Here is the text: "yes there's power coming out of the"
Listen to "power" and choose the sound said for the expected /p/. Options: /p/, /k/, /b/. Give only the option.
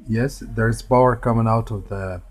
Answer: /b/